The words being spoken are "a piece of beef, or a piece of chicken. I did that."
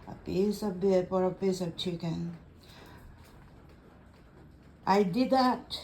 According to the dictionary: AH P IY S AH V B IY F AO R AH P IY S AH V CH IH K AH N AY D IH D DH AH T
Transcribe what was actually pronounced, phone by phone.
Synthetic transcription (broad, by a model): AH P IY S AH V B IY P AO R AH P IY S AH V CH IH K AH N AY D IH D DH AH T